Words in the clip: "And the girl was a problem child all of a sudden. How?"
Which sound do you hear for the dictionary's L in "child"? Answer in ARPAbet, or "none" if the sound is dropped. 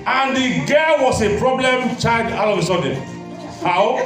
none